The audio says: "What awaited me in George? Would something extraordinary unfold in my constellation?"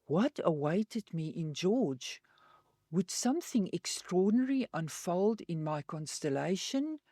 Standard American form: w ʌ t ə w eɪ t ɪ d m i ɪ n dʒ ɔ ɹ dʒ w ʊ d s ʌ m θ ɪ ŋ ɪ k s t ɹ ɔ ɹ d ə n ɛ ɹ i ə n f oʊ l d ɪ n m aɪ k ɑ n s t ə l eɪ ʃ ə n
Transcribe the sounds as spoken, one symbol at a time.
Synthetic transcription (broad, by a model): w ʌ t ə w eɪ t ɪ d m i ɪ n dʒ ɔ ɹ dʒ w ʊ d s ʌ m θ ɪ ŋ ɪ k s t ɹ ɔ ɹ d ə n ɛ ɹ i ə n f oʊ l d ɪ n m aɪ k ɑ n s t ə l eɪ ʃ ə n